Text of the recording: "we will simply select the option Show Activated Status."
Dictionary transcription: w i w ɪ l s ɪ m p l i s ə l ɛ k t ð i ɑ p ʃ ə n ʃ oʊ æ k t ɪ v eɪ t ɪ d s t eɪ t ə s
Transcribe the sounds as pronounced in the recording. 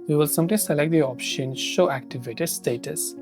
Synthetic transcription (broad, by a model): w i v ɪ l s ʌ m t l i s ə l ɛ k t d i ɑ p ʃ ə n ʃ oʊ æ k t ɪ v eɪ t ɪ d s t eɪ t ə s